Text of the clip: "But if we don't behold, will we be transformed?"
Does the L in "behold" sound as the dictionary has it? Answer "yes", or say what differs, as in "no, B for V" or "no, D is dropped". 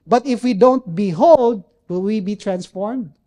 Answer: yes